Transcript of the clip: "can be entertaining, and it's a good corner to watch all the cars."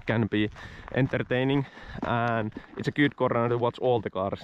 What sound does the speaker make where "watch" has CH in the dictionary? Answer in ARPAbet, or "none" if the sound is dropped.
S